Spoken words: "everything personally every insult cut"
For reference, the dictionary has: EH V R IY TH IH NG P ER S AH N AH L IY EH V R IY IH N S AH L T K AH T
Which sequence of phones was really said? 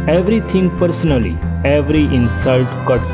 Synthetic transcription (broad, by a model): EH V R IY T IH NG P ER S AH N AH L IY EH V R IY IH N S AH L T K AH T